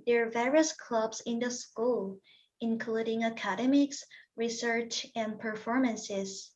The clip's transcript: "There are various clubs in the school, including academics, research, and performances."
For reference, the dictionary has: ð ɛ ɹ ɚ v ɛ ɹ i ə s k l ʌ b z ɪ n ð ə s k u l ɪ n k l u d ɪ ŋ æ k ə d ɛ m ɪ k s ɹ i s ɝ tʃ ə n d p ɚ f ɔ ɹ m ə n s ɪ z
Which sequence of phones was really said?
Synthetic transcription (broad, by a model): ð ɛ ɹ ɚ v ɛ ɹ i ə s k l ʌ b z ɪ n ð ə s k u l ɪ n k l u d ɪ ŋ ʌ k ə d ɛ m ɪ k s ɹ i s ɝ tʃ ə n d p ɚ f ɔ ɹ m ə n s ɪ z